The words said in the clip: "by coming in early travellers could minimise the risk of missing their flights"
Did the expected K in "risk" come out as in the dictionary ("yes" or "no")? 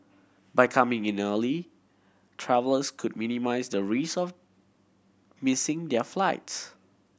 no